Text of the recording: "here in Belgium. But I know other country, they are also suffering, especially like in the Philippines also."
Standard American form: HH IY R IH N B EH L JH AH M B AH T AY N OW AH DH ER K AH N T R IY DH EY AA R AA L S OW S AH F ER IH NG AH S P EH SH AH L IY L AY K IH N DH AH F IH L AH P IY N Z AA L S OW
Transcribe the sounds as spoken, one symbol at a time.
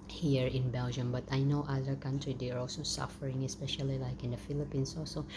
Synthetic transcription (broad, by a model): HH IY R IH N B EH L JH AH M B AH T AY N OW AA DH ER K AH N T R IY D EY AA R AA L S OW S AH F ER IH NG AH S P EH SH AH L IY L AY K IH N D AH F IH L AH P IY N S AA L S OW